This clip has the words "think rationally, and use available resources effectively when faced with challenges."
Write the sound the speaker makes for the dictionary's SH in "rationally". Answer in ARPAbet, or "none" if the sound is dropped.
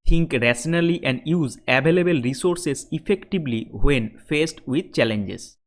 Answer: S